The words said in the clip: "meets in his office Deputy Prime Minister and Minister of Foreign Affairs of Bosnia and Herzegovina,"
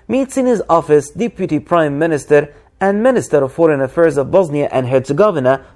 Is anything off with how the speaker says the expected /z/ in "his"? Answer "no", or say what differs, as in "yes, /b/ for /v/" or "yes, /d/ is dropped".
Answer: no